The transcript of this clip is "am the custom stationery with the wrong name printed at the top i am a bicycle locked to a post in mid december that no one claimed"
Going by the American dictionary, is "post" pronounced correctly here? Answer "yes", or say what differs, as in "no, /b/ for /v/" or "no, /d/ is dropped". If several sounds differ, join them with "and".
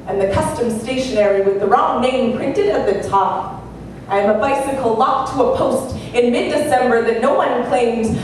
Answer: yes